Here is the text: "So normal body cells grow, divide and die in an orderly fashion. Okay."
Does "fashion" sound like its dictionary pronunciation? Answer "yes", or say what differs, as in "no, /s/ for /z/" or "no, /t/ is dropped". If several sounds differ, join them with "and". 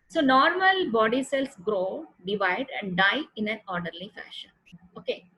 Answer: yes